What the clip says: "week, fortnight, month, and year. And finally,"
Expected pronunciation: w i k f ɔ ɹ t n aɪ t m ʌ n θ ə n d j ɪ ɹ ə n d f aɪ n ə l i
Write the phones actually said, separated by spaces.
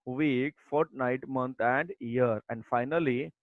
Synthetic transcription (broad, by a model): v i k f ɔ ɹ t n aɪ t m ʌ n t ə n d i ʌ ɹ ə n d f aɪ n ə l i